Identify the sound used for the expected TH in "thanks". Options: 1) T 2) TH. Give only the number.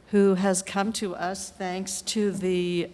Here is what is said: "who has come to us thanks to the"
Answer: 2